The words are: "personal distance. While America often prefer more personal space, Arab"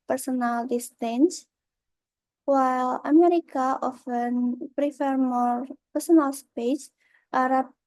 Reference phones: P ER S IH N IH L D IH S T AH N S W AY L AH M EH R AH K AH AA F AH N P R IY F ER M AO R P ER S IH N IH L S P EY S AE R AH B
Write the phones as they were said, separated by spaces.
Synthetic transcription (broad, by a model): P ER S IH N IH L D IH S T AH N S W AY L AH M EH R AH K AH AA F AH N P R IY F ER M AO R P ER S IH N IH L S P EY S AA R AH